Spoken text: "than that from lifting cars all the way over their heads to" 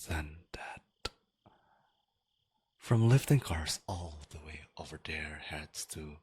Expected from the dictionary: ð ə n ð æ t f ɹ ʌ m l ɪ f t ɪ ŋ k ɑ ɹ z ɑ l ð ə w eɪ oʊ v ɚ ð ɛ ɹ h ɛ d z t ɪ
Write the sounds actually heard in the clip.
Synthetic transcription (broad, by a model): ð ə n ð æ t f ɹ ʌ m l ɪ f t ɪ ŋ k ɑ ɹ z ɑ l ð ə w eɪ oʊ v ɚ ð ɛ ɹ h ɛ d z t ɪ